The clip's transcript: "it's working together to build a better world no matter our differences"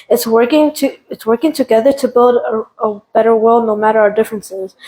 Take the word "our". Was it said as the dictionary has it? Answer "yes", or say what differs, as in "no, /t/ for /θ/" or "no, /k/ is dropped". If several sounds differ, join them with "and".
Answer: yes